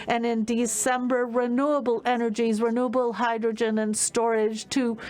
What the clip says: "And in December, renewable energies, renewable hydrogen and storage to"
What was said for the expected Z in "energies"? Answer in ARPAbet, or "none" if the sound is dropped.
Z